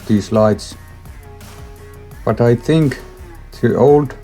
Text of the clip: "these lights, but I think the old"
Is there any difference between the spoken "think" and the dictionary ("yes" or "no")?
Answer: no